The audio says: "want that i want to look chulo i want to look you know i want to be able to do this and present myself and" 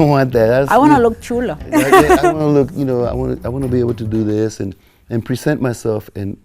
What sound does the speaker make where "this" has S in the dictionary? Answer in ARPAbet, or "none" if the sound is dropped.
S